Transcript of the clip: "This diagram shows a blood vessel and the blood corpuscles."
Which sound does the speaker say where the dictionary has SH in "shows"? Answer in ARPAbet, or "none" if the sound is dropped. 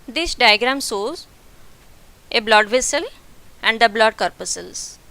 S